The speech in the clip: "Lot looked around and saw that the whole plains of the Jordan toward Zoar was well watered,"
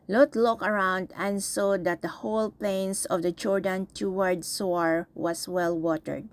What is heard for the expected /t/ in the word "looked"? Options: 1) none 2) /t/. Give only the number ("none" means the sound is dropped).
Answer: 1